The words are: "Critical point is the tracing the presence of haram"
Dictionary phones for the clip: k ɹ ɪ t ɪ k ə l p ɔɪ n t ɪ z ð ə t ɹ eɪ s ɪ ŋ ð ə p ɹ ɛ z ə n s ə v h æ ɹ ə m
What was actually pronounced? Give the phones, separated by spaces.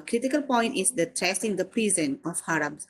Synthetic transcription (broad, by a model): k ɹ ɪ t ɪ k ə l p ɔɪ n t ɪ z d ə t ɹ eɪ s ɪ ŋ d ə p ɹ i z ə n ə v h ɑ ɹ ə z